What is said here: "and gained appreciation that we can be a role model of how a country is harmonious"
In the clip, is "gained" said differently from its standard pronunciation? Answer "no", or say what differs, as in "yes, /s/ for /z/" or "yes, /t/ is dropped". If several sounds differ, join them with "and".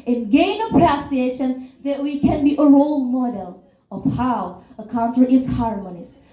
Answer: yes, /d/ is dropped